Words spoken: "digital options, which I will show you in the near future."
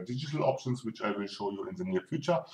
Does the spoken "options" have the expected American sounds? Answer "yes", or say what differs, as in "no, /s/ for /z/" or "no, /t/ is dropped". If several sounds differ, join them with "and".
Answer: no, /s/ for /z/